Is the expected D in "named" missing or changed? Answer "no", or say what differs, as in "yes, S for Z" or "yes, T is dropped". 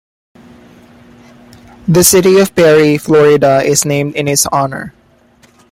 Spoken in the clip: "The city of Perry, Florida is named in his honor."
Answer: no